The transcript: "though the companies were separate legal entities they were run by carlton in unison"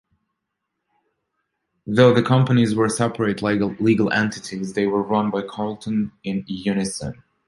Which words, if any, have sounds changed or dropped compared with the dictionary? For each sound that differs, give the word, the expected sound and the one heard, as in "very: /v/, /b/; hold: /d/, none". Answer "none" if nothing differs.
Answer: none